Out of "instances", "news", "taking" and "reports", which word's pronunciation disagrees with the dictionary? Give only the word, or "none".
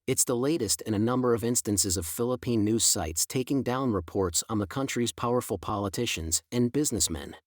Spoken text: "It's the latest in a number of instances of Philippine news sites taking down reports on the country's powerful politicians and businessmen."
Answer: none